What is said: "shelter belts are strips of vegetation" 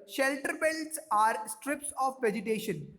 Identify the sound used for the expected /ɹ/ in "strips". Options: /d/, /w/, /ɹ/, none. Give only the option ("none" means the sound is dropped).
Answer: /ɹ/